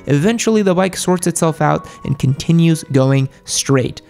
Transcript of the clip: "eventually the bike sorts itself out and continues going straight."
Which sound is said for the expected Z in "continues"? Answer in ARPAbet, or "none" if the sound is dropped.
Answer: Z